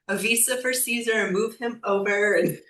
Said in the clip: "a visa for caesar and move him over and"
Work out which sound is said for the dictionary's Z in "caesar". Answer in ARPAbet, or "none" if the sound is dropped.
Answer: Z